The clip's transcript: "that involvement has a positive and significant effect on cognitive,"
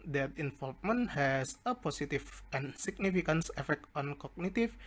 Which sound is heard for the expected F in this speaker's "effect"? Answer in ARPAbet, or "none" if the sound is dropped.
F